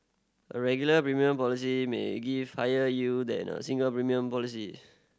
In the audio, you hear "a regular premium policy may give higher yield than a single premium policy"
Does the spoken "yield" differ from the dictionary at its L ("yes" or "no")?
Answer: yes